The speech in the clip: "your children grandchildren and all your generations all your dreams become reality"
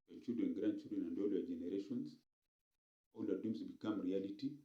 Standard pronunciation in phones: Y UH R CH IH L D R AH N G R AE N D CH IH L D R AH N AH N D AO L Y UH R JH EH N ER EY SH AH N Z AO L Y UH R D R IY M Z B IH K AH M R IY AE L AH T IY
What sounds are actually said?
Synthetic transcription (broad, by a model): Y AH CH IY L D R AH N G R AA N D CH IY L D R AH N AH N D AO L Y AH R JH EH N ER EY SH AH N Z AO L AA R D IY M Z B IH K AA M R IY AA L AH T IY